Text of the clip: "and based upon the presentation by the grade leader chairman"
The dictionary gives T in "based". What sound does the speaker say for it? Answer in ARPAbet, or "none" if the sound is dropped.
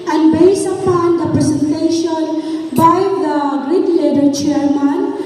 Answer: none